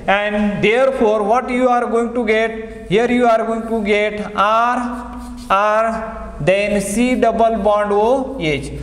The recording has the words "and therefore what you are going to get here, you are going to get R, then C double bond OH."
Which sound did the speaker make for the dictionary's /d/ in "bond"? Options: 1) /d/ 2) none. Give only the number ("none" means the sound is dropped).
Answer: 1